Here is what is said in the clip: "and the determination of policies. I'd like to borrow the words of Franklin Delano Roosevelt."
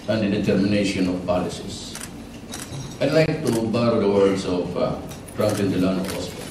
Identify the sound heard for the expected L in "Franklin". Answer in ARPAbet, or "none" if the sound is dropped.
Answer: none